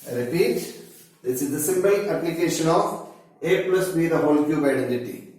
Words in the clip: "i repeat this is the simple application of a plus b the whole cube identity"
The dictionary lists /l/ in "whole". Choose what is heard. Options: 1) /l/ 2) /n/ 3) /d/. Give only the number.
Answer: 1